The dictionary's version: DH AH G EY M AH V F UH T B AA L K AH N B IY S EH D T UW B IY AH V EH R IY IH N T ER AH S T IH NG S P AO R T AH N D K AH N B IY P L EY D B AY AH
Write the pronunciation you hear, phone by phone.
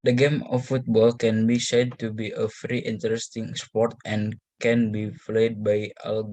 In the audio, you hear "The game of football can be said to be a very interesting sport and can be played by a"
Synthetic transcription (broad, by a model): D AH G EY M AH F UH T B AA L K AH N B IY S EH D T UW B IY AH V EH R IY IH N T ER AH S T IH NG S P AO R T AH N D K AH N B IY F L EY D B AY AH